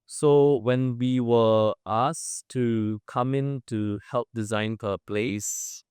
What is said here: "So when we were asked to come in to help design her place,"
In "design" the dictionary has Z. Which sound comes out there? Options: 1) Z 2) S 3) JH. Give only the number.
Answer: 1